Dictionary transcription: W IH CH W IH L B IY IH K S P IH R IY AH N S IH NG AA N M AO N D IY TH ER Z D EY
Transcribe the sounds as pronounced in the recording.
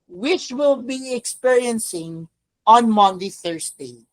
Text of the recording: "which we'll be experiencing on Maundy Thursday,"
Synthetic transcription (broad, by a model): W IH CH W IH L B IY IH K S P IH R IY AH N S IH NG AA N M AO N D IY TH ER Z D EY